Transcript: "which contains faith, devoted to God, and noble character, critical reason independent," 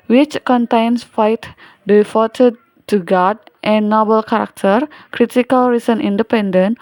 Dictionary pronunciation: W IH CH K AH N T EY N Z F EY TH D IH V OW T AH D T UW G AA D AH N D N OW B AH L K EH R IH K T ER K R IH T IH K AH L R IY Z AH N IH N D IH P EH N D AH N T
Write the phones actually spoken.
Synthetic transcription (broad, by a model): W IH CH K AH N T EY N S F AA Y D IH F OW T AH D T UW G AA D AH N N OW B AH L K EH R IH K T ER K R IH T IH K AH L R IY S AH N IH N D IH P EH N D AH N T